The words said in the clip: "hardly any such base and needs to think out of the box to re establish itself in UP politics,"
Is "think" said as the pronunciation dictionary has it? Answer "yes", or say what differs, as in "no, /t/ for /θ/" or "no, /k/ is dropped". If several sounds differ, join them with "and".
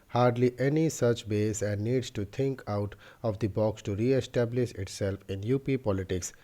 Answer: no, /t/ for /θ/